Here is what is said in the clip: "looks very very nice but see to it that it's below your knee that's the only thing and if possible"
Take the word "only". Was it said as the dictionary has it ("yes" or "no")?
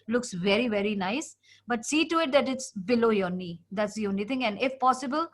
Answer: no